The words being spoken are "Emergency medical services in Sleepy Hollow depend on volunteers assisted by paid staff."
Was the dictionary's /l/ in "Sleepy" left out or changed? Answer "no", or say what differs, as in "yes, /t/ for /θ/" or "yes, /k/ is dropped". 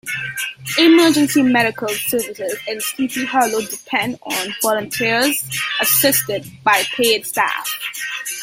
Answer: yes, /l/ is dropped